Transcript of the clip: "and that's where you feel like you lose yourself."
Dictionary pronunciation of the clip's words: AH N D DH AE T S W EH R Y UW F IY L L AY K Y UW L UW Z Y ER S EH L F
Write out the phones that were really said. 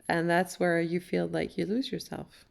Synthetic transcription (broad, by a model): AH N DH AE T S W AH R Y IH F IY L L AY K Y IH L UW Z Y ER S EH L F